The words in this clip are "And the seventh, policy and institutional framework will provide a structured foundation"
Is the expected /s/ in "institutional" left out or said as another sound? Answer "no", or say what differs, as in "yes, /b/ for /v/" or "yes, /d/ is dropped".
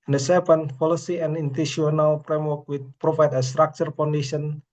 yes, /s/ is dropped